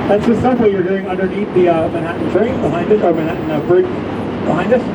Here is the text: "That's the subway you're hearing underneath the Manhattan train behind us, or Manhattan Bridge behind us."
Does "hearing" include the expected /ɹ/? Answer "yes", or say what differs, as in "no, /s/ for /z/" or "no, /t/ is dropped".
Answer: no, /ɹ/ is dropped